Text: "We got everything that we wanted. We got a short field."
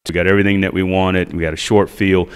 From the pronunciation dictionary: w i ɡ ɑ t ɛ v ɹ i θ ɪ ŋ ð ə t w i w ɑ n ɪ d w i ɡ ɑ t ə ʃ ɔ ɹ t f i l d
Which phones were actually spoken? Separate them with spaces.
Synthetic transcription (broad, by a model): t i ɡ ɑ t ɛ v ɹ i θ ɪ ŋ ð ə t w i w ɑ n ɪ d w i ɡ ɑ t ə ʃ ɔ ɹ t f i l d